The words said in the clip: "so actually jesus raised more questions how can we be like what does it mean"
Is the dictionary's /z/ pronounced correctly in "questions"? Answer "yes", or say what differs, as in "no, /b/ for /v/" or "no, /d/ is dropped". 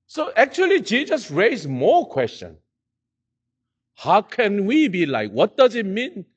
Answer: no, /z/ is dropped